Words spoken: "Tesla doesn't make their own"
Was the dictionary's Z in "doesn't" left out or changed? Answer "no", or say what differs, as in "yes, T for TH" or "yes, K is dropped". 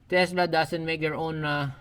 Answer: yes, S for Z